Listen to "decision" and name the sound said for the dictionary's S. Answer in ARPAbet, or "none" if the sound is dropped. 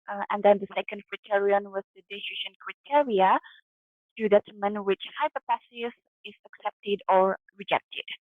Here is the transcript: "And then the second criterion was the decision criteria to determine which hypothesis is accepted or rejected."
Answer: SH